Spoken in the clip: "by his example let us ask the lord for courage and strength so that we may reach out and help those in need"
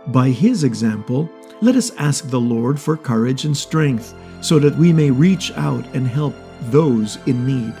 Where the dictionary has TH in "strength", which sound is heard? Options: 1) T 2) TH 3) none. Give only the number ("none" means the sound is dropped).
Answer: 2